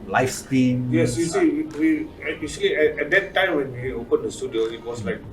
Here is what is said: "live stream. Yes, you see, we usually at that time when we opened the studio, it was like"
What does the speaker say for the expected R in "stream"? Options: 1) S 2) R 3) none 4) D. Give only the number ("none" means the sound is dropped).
3